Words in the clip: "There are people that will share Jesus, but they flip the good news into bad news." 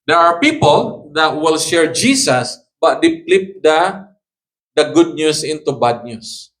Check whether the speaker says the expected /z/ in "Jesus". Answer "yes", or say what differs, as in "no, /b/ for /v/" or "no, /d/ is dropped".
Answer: no, /s/ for /z/